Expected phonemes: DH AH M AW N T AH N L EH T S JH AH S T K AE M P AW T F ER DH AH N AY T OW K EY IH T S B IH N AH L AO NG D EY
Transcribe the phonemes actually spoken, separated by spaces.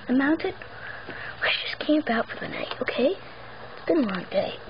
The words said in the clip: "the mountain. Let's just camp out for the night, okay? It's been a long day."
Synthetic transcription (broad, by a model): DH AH M AW N T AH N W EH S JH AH S K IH M B AW T F ER DH AH N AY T OW K EY IH T S B IH N AH L AO NG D EY